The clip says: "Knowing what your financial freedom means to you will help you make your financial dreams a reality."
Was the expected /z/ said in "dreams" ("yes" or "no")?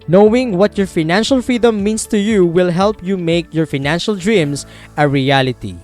no